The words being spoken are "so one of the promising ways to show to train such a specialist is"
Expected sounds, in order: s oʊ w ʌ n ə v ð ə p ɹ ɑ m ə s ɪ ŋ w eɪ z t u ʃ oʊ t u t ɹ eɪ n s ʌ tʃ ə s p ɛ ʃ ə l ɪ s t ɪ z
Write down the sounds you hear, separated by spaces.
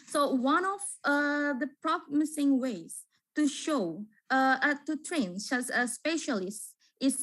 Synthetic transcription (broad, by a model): s oʊ w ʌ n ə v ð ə p ɹ ɑ m ə s ɪ ŋ w eɪ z t u ʃ oʊ t u t ɹ eɪ n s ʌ s ə s p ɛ ʃ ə l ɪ s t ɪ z